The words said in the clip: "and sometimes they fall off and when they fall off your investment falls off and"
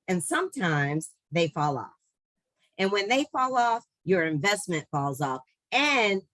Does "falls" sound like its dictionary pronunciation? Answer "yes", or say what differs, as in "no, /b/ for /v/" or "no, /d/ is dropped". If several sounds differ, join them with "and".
yes